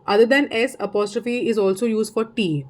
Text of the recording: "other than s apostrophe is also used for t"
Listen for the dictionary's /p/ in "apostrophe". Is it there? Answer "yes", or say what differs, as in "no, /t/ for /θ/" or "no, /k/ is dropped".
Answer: yes